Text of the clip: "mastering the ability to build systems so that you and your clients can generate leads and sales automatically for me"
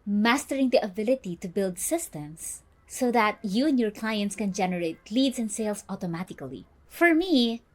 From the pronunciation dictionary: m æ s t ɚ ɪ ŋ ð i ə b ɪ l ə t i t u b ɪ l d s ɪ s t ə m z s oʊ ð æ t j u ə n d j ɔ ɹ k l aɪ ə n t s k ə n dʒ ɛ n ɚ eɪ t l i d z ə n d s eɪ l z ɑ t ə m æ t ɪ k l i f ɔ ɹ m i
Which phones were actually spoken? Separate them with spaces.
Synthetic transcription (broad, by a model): m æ s t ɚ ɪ ŋ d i ə b ɪ l ə t i t u b ɪ l d s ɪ s t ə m s oʊ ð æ t j u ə n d j ɔ ɹ k l aɪ ə n t s k ə n dʒ ɛ n ɚ eɪ t l i d s ə n d s eɪ l s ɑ t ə m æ t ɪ k l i f ɔ ɹ m i